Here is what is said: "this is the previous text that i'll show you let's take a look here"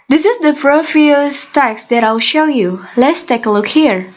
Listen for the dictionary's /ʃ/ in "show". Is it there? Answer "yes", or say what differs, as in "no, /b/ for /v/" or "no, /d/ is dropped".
yes